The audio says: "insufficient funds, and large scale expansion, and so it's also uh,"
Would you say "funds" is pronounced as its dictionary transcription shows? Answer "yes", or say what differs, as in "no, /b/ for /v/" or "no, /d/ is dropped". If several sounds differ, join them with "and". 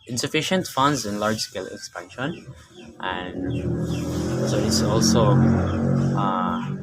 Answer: yes